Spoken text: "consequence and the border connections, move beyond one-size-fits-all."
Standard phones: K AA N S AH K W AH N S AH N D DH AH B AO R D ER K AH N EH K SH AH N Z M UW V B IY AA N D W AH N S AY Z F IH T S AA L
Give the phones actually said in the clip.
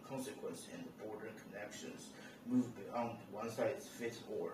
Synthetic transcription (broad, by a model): K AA N S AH K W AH N S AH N DH AH B AO R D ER K AH N EH K SH AH N Z M UW V B IY AA N D W AH N S AY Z F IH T AA